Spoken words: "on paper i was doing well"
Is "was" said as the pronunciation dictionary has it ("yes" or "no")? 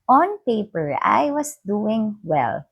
no